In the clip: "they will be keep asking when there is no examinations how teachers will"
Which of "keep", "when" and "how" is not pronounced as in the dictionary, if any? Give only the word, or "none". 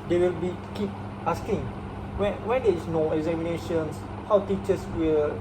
none